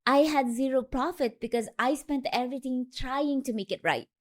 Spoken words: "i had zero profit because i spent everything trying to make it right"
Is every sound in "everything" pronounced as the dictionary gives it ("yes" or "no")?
no